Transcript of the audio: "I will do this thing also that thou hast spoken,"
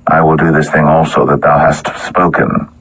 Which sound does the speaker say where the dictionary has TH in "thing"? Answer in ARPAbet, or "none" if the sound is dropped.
TH